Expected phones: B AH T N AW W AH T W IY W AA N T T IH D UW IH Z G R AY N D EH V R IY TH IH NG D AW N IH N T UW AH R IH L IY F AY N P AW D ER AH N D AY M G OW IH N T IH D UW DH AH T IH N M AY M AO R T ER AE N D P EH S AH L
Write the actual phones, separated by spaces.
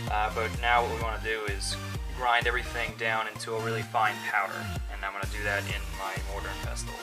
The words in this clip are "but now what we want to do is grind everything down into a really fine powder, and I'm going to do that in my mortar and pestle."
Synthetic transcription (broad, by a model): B AH T N AW W AH T W IY W AA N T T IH D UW IH Z G R AY N D EH V R IY TH IH NG D AW N IH N T UW AH R IH L IY F AY N P AW D ER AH N AY M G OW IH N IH D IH DH AH T IH N M AY M AO R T ER N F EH S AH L